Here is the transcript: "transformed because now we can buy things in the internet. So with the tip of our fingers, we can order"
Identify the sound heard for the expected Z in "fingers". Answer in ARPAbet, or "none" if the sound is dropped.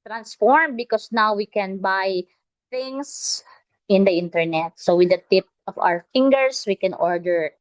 S